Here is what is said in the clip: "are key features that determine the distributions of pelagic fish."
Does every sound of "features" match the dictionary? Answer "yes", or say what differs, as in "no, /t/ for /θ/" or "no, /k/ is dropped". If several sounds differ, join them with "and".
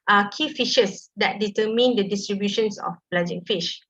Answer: no, /ʃ/ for /tʃ/